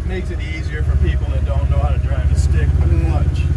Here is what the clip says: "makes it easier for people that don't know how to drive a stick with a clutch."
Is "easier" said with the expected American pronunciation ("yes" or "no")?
yes